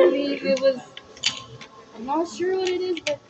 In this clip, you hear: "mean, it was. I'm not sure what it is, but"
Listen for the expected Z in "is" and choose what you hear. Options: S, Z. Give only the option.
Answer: Z